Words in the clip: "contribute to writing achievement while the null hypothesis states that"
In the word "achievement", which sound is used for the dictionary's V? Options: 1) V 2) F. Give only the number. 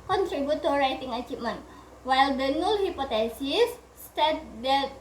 2